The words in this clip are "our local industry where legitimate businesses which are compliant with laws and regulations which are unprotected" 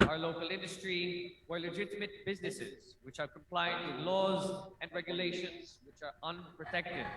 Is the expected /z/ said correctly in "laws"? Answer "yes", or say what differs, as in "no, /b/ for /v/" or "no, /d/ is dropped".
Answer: yes